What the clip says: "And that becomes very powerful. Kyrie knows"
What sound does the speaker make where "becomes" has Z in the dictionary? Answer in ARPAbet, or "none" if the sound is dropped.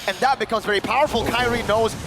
Z